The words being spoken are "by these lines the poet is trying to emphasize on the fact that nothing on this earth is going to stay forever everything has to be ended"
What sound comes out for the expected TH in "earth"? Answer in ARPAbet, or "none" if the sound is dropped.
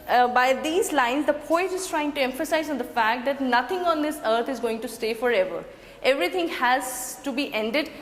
T